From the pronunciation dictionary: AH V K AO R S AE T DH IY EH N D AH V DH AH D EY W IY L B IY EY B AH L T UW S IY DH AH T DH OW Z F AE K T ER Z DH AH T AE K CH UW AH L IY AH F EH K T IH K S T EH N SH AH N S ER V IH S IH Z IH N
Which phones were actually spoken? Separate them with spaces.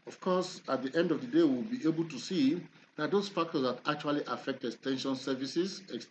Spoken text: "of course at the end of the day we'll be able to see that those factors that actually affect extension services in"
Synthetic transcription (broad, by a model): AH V K AO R S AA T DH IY EH N D AH V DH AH D EY W IY L B IY EY B AH L T UW S IY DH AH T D OW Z F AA K T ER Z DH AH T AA K CH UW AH L IY AH F EH K T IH S T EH N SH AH N S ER V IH S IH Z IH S